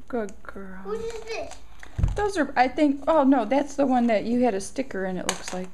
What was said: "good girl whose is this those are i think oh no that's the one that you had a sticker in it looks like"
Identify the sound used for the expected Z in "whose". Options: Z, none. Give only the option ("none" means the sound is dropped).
none